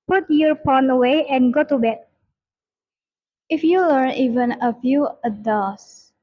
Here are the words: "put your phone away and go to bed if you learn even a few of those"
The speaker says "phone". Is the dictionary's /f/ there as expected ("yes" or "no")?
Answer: no